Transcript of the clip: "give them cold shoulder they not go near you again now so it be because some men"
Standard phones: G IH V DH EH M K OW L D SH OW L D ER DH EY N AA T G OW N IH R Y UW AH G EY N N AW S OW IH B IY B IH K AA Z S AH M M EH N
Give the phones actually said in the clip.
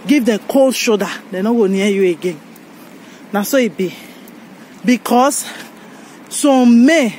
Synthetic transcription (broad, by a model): G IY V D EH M K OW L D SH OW D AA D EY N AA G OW N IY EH Y UW AH G EY N N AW S OW IH B IY B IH K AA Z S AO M M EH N